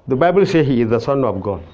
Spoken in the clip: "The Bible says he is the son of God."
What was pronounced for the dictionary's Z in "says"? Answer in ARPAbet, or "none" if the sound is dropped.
none